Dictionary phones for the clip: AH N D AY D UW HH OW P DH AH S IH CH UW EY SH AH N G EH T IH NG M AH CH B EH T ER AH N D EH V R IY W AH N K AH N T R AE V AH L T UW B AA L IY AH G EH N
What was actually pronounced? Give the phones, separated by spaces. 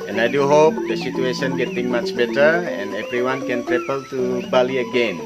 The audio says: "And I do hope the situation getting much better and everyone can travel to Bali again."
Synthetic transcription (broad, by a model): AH N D AY D UW HH OW P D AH S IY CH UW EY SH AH N G EH T IH NG M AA CH B EH T ER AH N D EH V R IY W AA N K AH N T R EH P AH L T UW B AA L IY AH G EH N